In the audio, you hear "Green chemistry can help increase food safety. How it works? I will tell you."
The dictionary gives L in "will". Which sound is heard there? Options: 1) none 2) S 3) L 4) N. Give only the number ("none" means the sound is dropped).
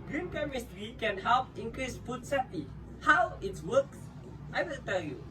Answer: 4